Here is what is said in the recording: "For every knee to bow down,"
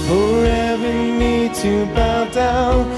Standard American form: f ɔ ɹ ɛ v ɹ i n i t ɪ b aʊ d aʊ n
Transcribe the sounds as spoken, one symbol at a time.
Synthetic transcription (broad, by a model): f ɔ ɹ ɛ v i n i t ɪ b aʊ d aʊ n